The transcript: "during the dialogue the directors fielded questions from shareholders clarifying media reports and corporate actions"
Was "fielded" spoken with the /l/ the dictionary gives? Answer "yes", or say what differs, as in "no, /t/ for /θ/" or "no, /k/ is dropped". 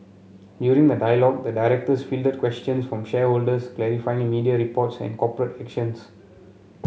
yes